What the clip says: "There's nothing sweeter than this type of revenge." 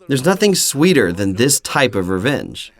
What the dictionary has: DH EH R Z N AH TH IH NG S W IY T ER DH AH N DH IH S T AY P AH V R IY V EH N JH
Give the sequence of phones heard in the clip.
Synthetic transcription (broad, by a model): DH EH R Z N AH TH IH NG S W IY T ER DH AH N DH IH S T AY P AH V R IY V EH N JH